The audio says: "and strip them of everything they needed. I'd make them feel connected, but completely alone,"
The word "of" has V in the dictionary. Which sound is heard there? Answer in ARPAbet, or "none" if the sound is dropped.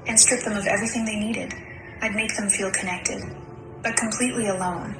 V